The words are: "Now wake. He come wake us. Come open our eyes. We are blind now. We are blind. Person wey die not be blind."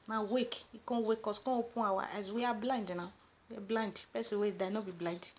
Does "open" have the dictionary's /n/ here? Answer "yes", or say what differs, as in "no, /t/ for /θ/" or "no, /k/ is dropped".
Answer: no, /n/ is dropped